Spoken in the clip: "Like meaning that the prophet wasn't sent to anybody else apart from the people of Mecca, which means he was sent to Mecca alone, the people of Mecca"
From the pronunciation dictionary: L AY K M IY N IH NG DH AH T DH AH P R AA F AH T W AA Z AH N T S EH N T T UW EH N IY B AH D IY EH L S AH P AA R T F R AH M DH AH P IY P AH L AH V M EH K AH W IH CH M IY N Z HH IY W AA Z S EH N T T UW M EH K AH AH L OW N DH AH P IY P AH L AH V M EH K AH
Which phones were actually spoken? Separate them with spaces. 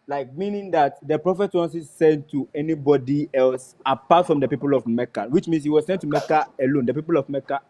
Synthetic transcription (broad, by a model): L AY K M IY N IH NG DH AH T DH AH P R AA F AH T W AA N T S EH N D T UW EH N IY B AH D IY EH L S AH P AA T F R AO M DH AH P IY P AH L AH V M EH K AH W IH CH M IY N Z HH IY W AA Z S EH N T T UW M EH K AH AH L OW N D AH P IY P AH L AH V M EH K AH